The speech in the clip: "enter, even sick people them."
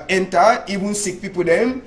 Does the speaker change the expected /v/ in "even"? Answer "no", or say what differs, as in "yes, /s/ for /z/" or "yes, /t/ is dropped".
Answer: yes, /b/ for /v/